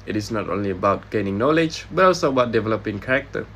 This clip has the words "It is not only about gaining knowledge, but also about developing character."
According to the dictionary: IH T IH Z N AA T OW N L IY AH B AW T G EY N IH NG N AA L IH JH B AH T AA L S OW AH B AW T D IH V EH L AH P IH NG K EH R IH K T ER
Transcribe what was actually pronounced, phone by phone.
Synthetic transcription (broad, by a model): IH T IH S N AA T OW N L IY AH B AW T G EY N IH NG N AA L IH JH B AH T AA L S OW AH B AW T D IH V EH L AH P IH NG K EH R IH K T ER